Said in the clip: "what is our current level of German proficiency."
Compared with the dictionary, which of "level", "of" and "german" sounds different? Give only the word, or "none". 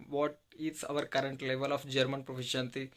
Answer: of